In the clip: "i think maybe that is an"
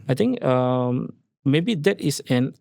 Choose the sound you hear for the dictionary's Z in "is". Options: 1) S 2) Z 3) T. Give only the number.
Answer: 1